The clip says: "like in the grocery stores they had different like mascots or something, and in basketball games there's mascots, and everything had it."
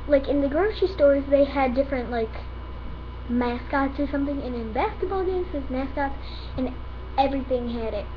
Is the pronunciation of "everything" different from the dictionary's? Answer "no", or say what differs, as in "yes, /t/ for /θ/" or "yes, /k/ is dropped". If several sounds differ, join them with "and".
no